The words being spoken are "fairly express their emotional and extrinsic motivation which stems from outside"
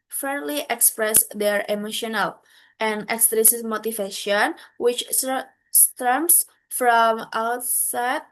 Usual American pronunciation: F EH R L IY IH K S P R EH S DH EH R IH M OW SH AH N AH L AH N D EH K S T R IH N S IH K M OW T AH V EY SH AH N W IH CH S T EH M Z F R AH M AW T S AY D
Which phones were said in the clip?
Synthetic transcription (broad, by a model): F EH R L IY IH K S P R EH S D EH R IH M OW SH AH N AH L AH N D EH K S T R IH S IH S M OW T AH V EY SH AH N W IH CH S T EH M S F R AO M AW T S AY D